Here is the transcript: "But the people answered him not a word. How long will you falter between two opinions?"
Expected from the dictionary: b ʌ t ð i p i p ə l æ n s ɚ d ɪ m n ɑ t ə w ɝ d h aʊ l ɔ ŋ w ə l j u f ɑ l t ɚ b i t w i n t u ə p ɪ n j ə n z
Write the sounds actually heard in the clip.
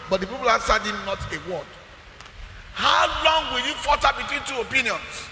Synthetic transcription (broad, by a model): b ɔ t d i p i p ə l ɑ s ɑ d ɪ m n ɑ t ə w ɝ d h aʊ l ɔ ŋ w ə l j u f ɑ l t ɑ b i t w i n t u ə p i n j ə n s